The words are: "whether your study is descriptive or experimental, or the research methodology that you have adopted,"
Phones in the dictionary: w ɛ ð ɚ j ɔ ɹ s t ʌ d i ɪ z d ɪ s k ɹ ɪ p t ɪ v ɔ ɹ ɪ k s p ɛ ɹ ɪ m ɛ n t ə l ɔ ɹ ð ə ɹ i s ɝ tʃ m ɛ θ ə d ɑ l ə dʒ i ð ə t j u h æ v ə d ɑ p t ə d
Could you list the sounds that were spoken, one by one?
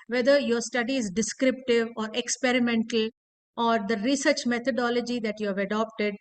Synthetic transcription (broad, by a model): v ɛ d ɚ j ɔ ɹ s t ʌ d i ɪ z d ɪ s k ɹ ɪ p t ɪ v ɔ ɹ ɪ k s p ɛ ɹ ɪ m ɛ n t ə l ɔ ɹ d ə ɹ i s ɝ tʃ m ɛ t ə d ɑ l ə dʒ i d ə t j u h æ v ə d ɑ p t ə d